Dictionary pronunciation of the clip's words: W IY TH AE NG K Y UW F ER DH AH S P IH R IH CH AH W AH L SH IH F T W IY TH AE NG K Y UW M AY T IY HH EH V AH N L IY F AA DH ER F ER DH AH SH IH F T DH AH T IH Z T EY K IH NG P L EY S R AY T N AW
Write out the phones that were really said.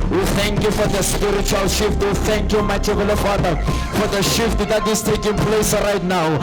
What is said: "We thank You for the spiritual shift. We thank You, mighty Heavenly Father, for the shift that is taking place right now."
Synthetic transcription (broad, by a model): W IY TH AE NG K Y UW F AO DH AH S P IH R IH CH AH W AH L SH IH F T W IY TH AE NG K Y UW M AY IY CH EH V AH L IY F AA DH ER F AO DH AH SH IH F T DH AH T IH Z T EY K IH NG P L EY S R AY T N AW